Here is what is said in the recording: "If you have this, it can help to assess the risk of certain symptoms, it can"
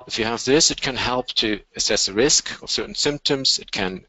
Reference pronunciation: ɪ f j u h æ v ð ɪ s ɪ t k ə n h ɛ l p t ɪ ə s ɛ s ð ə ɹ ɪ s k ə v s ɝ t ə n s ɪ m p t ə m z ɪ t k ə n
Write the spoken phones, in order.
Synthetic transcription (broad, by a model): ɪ f j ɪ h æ v ð ɪ s ɪ t k ə n h ɛ l p t ɪ ə s ɛ s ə ɹ ɪ s k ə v s ɝ t n s ɪ m p t ə m z ɪ t k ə n